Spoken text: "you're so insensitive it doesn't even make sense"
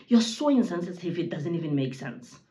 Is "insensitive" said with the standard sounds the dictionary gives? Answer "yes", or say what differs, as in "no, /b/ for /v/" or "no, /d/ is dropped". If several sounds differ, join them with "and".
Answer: no, /s/ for /t/ and /f/ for /v/